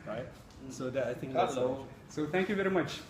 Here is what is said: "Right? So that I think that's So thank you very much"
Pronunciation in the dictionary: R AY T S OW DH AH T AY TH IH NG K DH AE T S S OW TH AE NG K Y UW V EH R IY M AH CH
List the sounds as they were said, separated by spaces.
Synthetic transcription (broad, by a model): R AY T S OW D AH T AY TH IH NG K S S OW T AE NG K Y UW V EH R IY M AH CH